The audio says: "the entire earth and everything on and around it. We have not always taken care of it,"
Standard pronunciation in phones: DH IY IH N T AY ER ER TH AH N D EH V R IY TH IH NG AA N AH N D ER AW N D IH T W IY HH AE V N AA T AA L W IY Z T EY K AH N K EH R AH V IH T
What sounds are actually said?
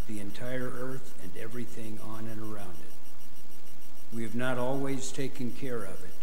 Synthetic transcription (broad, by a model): DH IY IH N T AY ER ER TH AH N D EH V R IY TH IH NG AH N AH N ER AW N D IH T W IY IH V N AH T AA L W IY Z T EY K AH N K EH R AH V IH T